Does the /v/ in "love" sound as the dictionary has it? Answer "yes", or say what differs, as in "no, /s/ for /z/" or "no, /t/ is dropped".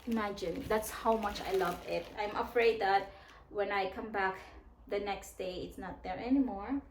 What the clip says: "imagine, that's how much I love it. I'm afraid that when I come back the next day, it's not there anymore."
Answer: yes